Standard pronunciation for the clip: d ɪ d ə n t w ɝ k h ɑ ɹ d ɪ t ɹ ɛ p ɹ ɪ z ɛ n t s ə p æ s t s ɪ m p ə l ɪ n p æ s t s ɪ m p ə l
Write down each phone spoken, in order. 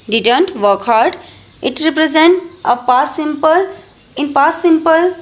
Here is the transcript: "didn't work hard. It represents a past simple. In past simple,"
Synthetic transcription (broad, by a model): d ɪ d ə n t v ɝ k h ɑ ɹ d ɪ t ɹ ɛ p ɹ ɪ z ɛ n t ə p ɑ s s ɪ m p ə l ɪ n p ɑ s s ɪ m p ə l